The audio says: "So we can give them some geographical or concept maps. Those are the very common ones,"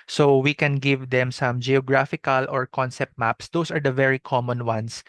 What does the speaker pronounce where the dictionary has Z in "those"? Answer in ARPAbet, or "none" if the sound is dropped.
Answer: S